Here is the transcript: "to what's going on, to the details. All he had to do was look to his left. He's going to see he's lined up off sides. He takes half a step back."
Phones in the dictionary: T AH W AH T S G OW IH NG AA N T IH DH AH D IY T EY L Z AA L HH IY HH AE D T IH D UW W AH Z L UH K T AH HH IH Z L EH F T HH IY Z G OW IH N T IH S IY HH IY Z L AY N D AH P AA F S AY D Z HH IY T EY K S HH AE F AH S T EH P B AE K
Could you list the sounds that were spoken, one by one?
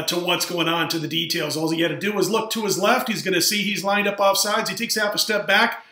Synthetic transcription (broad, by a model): T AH W AH T S G OW IH NG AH N T IH DH AH D IY T EY L Z AA L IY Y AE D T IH D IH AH Z L UH K T AH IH Z L EH F T HH IY Z G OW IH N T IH S IY IY Z L AY N D AH P AA F S AY D Z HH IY T EY K S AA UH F AH S T EH P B AE K